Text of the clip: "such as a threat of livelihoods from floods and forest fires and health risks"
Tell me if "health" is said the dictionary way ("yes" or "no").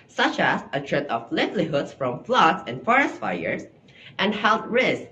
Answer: no